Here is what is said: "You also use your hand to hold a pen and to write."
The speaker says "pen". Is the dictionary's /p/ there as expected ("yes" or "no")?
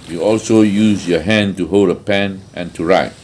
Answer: yes